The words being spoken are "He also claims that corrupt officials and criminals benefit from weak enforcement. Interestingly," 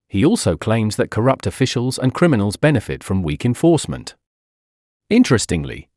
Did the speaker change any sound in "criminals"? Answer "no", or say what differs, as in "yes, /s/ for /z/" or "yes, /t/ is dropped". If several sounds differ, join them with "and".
no